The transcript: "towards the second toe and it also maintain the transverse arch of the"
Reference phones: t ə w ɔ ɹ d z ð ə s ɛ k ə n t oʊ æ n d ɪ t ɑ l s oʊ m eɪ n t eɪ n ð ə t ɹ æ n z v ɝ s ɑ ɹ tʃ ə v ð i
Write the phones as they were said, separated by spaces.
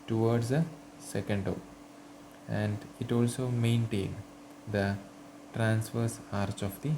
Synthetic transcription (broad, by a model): t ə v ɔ ɹ d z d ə s ɛ k ə n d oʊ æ n d ɪ t ɑ l s oʊ m eɪ n t eɪ n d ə t ɹ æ n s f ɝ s ɑ ɹ tʃ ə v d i